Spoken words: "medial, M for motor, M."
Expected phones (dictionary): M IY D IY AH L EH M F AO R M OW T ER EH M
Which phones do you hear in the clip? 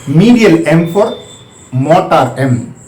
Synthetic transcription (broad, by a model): M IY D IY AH L EH M P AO R M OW T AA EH M